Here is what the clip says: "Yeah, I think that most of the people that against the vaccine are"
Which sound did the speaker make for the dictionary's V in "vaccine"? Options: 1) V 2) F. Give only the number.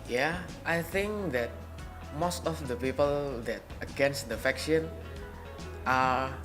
2